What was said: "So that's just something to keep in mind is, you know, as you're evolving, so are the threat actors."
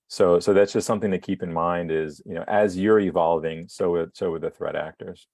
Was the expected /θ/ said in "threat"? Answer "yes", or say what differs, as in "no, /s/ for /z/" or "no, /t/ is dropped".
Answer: yes